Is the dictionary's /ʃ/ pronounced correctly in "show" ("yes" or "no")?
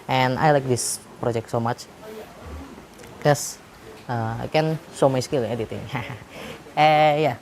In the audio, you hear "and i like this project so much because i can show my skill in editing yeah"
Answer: no